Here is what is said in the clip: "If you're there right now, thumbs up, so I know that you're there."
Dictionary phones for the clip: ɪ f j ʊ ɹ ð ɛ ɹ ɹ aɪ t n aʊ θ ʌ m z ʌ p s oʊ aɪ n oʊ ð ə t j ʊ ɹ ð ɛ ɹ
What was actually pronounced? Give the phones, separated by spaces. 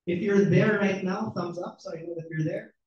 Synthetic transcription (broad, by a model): ɪ f j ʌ ɹ ð ɛ ɹ ɹ aɪ t n aʊ θ ʌ m z ʌ p s oʊ aɪ n oʊ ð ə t j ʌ ɹ ð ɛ ɹ